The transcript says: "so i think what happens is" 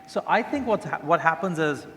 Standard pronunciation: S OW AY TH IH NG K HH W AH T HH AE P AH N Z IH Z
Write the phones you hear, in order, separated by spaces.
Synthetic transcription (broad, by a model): S OW AY TH IH NG K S W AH T HH AE P AH N Z IH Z